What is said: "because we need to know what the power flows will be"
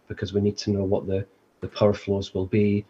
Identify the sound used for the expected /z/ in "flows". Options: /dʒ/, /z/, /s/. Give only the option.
/z/